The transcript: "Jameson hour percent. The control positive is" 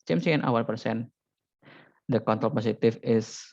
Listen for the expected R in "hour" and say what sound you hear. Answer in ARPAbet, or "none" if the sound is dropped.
L